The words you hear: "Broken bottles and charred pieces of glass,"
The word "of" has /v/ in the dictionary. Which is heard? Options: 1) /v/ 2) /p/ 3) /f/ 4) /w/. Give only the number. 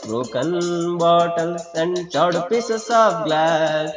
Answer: 2